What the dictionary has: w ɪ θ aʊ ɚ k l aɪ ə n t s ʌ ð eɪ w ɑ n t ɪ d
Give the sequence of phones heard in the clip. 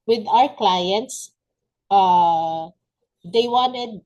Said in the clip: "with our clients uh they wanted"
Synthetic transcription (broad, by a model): w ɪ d aʊ ɚ k l aɪ ə n t s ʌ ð eɪ w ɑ n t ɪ d